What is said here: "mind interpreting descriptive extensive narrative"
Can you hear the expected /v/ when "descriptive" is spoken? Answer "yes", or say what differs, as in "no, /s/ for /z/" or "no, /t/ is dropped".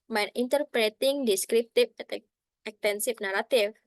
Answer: no, /f/ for /v/